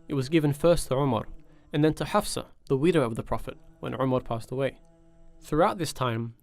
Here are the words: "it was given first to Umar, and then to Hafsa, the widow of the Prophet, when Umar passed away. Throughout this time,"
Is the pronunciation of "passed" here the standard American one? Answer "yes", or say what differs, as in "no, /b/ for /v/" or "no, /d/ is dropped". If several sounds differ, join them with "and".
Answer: yes